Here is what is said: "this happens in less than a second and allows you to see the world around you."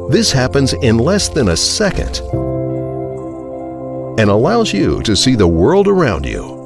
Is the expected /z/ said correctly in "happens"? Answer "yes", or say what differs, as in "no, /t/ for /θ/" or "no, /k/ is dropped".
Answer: yes